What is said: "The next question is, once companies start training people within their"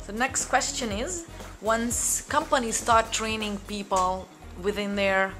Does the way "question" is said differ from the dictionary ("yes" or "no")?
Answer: no